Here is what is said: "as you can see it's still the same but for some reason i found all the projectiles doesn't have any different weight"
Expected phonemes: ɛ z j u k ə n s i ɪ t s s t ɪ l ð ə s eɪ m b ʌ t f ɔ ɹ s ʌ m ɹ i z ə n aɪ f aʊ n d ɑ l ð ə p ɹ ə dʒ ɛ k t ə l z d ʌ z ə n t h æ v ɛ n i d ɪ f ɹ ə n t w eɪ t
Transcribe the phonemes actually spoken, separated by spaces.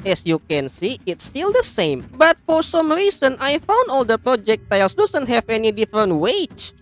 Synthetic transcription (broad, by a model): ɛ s j u k ə n s i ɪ t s s t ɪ l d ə s eɪ m b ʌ t f ɔ ɹ s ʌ m ɹ i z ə n aɪ f aʊ n d ɑ l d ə p ɹ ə dʒ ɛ k t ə l s d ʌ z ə n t h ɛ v ɛ n i d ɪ f ɹ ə n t w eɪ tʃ